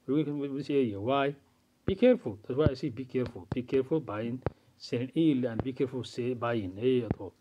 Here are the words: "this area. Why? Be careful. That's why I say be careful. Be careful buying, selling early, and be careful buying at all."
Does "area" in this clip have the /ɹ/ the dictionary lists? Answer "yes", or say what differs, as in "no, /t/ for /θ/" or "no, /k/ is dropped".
no, /ɹ/ is dropped